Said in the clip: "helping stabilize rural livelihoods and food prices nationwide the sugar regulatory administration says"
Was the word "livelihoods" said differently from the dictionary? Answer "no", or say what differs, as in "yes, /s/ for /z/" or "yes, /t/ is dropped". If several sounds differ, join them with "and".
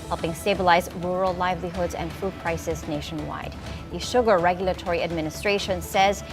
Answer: no